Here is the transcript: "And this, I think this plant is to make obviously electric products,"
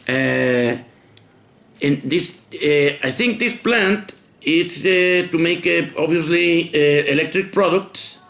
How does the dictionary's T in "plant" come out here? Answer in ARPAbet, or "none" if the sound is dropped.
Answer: T